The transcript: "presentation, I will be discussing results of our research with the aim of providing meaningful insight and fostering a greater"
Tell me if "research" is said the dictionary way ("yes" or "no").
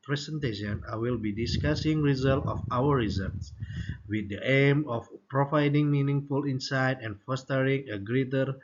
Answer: no